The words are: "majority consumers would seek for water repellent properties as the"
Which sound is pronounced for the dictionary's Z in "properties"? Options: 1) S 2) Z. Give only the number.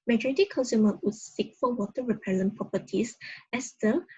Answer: 1